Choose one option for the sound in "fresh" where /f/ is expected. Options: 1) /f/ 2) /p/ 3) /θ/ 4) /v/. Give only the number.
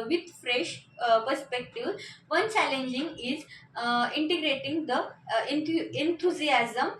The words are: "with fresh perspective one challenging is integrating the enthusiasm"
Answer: 1